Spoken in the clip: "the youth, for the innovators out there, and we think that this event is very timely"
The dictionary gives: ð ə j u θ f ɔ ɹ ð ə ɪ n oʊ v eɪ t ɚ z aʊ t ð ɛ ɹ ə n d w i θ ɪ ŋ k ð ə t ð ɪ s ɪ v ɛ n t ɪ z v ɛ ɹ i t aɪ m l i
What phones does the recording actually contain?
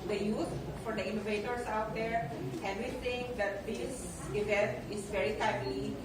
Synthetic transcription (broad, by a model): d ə j u t f ɔ ɹ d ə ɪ n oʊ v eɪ t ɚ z aʊ t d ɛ ɹ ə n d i t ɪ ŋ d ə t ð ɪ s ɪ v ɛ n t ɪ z v ɛ ɹ i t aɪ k l i